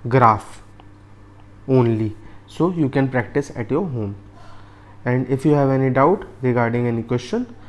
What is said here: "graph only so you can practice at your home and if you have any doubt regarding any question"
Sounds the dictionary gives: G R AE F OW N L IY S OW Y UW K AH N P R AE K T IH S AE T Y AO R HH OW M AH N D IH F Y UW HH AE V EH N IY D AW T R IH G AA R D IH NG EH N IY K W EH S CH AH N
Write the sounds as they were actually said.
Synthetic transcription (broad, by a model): G R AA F OW N L IY S OW Y UW K AH N P R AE K T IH S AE T Y AO R HH OW M AH N D IH F Y UW HH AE V EH N IY D AW T R IH G AA R D IH NG EH N IY K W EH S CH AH N